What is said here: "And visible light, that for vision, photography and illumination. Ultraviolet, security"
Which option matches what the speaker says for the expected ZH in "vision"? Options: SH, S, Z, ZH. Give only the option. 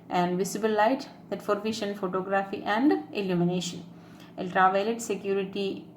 SH